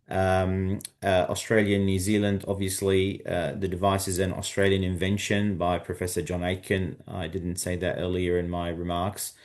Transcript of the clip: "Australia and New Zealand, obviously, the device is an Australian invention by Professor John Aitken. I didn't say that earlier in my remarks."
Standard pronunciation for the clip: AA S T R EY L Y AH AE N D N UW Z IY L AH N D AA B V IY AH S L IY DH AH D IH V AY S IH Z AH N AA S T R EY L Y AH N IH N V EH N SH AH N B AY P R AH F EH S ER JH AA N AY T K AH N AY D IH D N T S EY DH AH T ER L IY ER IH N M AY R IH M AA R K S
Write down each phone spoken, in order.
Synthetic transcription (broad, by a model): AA S T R EY L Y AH N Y UW Z IY L AH N D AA B V IY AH S L IY DH AH D IH V AY S IH Z AH N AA S T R EY L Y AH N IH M V EH N SH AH N B AY P R AH F EH S ER JH AA N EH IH K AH N AY D IH D N T S EY DH AH T ER L IY ER IH N M AY R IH M AA R K S